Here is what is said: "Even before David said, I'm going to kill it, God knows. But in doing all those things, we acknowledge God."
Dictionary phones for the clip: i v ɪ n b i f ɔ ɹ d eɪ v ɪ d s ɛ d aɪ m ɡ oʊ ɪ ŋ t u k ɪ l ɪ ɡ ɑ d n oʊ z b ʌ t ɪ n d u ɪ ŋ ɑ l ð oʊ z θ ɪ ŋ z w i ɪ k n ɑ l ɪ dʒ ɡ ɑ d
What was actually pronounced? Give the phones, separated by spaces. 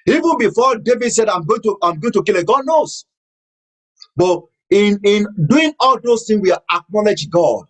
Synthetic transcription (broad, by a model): i v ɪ n b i f ɔ d eɪ v ɪ d s ɛ d aɪ m ɡ oʊ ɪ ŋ t u k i l ɪ ɡ ɑ d n oʊ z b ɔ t ɪ n d u ɪ ŋ ɑ l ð oʊ s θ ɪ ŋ s w i ɪ k n ɑ l ɪ dʒ ɡ ɑ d